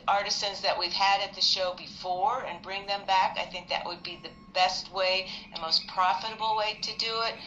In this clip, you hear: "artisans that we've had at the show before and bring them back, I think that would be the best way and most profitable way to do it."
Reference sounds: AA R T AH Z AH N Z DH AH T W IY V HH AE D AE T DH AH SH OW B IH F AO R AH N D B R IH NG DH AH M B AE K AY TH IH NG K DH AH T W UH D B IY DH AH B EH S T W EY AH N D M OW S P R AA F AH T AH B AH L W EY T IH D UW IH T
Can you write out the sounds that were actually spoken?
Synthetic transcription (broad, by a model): AA R T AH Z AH N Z DH AH T W IY V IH D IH T DH AH SH OW B IH F AO R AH N B R IH NG DH AH M B AE K AY TH IH NG K DH AH T W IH D B IY DH AH B EH S T W EY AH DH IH M OW S P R AA F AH T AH B L W EY T IH D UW IH T